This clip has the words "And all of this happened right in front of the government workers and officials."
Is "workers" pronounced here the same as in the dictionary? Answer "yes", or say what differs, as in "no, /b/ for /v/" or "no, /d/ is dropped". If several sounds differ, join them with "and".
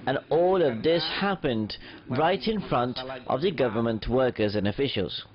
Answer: yes